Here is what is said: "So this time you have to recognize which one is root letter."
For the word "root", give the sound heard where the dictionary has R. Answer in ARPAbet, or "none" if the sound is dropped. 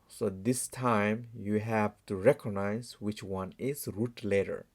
R